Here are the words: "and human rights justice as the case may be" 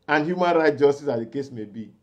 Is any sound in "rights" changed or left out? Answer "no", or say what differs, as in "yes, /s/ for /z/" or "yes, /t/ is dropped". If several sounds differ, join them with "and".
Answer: yes, /s/ is dropped